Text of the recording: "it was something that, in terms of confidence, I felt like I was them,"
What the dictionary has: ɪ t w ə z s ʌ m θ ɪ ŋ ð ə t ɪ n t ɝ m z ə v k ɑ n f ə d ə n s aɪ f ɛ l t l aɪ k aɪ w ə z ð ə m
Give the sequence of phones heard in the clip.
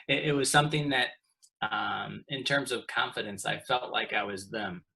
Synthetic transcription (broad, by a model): ɪ t w ə z s ʌ m θ ɪ ŋ ð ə t ɪ n t ɝ m z ə v k ɑ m f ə d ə n s aɪ f ɛ l t l aɪ k aɪ w ə z ð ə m